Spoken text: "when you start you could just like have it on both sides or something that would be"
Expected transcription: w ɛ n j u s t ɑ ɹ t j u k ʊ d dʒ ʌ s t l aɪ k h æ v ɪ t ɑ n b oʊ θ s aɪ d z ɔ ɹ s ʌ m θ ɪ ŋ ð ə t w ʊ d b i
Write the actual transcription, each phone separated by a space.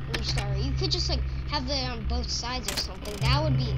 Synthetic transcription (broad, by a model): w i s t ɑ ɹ j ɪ k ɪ d dʒ ʌ s t l aɪ k h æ v ɪ t n b oʊ θ s aɪ d z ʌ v s ʌ m θ ɪ ŋ ð ə t w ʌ d b i